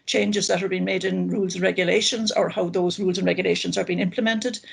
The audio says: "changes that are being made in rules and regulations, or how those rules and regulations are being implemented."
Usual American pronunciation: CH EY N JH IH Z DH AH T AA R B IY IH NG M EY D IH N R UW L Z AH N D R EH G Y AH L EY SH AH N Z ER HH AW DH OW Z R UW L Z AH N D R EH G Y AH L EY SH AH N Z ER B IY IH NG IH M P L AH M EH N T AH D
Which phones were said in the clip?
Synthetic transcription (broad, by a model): CH EY N JH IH Z DH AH T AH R B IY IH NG M EY D IH N R UW L Z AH N R EH G Y AH L EY SH AH N Z ER HH AW DH OW Z R UW L Z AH N R EH G Y AH L EY SH AH N Z ER B IY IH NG IH M P L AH M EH N T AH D